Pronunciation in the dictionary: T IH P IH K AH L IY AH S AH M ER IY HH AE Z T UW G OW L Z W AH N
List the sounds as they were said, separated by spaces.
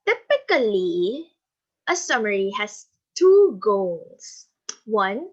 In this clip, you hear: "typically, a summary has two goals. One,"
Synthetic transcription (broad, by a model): T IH P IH K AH L IY AH S AH M ER IY HH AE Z T UW G OW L S W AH N